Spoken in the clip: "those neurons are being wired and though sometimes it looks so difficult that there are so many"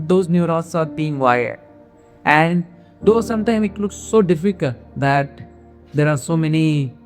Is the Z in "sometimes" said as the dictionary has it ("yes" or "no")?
no